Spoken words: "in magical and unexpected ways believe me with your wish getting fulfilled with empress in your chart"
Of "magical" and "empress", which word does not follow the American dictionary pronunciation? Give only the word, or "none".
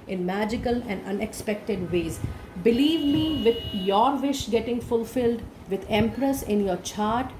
none